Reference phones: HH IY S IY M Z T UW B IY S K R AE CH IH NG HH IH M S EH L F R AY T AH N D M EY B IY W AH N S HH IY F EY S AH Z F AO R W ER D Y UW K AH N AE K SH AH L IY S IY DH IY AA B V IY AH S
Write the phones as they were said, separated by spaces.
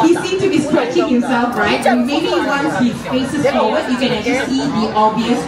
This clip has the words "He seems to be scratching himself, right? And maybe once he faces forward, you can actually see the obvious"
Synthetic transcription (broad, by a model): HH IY S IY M T UW B IY S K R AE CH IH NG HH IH S EH L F R AY T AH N M EY B IY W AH N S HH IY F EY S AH S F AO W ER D Y UW K AH N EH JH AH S S IY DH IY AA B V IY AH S